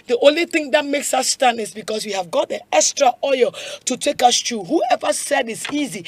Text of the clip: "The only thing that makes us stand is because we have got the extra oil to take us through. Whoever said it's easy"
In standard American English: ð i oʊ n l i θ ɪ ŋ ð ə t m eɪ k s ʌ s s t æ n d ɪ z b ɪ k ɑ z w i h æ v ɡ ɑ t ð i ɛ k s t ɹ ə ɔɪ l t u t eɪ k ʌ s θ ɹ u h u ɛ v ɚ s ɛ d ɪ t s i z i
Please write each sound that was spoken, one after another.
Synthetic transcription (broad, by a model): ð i oʊ n l i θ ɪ ŋ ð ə t m eɪ k s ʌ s s t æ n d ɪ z b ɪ k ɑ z w i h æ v ɡ ɑ t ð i ɛ k s t ɹ ə ɔɪ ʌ t u t eɪ k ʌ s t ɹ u h u ɛ v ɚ s ɛ d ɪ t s i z i